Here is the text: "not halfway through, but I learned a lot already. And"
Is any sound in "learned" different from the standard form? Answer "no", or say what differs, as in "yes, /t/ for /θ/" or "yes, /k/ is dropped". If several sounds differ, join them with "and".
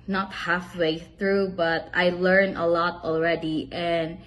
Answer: yes, /d/ is dropped